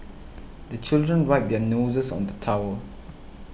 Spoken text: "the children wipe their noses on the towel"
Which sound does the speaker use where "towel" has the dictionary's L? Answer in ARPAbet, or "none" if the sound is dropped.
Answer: W